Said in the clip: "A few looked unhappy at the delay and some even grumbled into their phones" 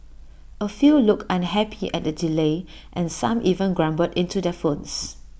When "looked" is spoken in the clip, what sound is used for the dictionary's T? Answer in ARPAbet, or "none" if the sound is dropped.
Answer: none